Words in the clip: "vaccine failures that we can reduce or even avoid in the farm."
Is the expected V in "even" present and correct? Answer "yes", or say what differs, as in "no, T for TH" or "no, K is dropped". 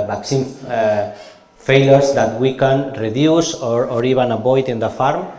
no, B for V